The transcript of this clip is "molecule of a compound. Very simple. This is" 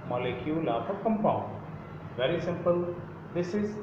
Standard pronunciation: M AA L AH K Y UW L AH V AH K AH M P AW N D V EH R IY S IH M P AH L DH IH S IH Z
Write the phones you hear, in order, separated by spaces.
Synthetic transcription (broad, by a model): M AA L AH K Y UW L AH P AH K AH M P AW N D V EH R IY S IH M P AH L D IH S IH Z